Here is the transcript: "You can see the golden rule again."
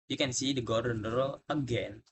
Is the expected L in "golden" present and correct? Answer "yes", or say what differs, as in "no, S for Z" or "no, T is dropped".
no, L is dropped